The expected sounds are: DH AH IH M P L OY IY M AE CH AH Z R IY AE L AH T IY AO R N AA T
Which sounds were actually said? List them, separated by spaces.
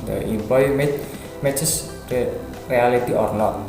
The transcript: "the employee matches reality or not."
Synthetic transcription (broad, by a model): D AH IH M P OY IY M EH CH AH S R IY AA L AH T IY AO R N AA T